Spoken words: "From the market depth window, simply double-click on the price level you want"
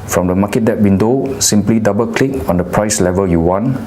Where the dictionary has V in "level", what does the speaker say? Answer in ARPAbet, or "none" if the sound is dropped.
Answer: V